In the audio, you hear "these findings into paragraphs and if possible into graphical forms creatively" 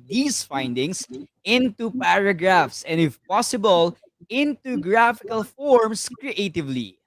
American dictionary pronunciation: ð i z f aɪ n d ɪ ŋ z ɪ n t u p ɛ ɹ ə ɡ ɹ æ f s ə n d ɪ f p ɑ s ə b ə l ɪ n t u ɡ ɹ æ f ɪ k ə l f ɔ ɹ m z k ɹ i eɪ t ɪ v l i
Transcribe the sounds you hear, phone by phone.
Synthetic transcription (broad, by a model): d i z f aɪ n d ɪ ŋ s ɪ n t u p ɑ ɹ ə ɡ ɹ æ f s ə n d ɪ f p ɑ s ə b ə l ɪ n t u ɡ ɹ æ f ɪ k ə l f ɔ ɹ m s k ɹ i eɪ t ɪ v l i